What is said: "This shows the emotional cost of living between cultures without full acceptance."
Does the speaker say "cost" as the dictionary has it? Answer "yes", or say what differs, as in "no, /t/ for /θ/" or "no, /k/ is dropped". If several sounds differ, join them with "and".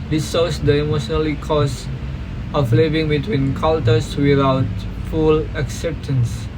no, /t/ is dropped